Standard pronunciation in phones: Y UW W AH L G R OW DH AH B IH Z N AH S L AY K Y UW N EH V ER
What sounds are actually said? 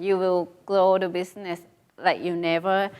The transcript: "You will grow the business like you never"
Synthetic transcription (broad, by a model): Y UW W AH L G L OW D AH B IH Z N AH S L AY K Y UW N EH V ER